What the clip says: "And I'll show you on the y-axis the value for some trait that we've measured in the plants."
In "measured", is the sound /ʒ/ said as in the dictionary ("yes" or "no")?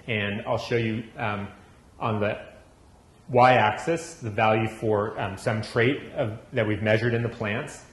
yes